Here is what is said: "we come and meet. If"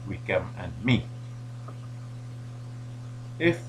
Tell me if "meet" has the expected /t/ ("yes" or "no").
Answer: no